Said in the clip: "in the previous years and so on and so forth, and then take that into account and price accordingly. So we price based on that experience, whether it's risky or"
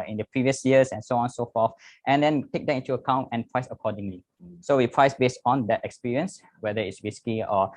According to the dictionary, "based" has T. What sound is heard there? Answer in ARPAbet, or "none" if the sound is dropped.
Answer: T